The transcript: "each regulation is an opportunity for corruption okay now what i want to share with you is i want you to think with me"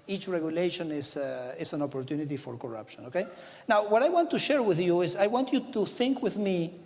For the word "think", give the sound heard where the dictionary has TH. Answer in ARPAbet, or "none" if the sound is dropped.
TH